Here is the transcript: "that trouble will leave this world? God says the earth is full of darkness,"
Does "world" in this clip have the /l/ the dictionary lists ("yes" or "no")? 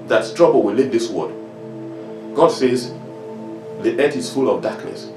no